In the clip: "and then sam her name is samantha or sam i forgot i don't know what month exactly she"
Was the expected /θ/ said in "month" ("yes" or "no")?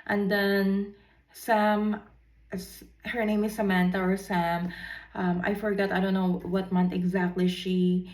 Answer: no